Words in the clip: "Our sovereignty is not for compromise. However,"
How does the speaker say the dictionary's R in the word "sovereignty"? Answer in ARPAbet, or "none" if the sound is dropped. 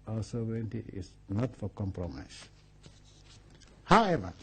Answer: none